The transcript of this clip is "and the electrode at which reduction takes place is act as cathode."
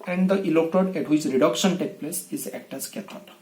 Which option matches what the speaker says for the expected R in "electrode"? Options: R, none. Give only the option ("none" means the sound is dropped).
none